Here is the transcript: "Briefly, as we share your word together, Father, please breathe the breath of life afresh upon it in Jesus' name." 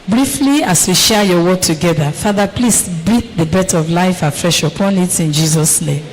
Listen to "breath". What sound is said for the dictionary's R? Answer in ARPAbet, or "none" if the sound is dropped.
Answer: none